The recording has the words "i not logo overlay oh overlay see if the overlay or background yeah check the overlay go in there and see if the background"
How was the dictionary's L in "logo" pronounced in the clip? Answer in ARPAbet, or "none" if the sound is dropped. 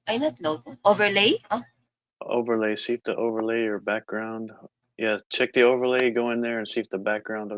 N